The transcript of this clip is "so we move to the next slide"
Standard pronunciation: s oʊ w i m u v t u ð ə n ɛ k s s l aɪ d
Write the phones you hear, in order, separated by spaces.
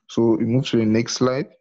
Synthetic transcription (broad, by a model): s oʊ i m u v t u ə n ɛ k s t l aɪ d